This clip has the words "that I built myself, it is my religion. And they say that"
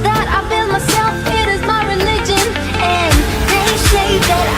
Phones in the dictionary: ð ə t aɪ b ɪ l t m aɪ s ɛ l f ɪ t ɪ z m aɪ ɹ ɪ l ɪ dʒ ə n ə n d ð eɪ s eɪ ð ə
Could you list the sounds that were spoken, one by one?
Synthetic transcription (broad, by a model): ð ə t aɪ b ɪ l m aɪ s ɛ l f ɪ t ɪ z m aɪ ɹ ɪ l ɪ dʒ ə n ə n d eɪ ʃ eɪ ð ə